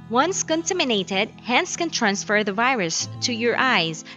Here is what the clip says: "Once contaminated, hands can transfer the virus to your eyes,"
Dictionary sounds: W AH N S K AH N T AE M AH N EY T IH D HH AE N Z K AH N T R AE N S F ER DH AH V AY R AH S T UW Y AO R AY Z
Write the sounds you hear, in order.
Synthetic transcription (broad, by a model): W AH N S K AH N T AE M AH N EY T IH D HH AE N S K AH N T R AE N S F ER DH AH V AY R AH S T UW Y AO R AY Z